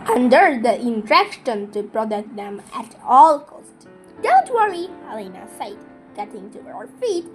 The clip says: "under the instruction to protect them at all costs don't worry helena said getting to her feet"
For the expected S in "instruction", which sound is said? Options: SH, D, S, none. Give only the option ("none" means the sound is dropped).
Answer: none